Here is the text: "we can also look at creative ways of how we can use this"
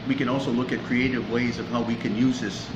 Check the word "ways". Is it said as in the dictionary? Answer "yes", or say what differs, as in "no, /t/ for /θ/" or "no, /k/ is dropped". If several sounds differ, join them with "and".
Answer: yes